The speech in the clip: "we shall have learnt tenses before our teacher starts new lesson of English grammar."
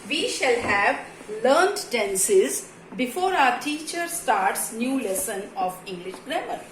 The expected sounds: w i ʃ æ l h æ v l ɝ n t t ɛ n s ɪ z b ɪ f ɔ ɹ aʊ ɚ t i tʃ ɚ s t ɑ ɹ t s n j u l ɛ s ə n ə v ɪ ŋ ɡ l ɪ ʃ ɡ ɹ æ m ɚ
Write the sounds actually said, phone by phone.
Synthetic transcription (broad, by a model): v i ʃ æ l h æ v l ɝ n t t ɛ n s ɪ z b ɪ f ɔ ɹ aʊ ɚ t i tʃ ɚ s t ɑ ɹ t s n j u l ɛ s ə n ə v ɪ ŋ ɡ l ɪ ʃ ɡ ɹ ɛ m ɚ